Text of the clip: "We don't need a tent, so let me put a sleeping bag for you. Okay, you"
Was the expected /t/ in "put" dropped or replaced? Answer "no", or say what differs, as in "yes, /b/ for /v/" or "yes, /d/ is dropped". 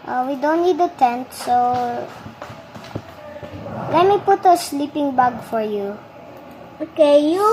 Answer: no